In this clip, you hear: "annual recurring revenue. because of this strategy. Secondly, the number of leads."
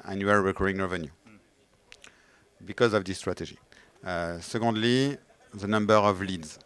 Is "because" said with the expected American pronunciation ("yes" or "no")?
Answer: yes